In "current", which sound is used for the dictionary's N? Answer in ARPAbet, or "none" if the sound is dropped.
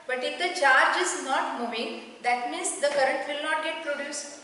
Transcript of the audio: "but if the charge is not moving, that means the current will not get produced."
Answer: N